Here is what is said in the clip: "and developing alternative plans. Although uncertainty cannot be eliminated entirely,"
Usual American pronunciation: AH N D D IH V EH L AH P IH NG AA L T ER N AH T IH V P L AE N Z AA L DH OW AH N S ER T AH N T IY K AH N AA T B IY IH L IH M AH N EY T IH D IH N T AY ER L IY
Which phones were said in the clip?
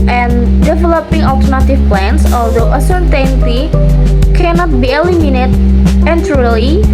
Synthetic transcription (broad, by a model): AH N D D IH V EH L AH P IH NG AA L T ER N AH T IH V P L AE N S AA L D OW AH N S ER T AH N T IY K AH N AA T B IY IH L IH M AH N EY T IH N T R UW L IY